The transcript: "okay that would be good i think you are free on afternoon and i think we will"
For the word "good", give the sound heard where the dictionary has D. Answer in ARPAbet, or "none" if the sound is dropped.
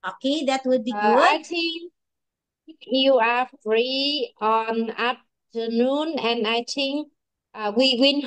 none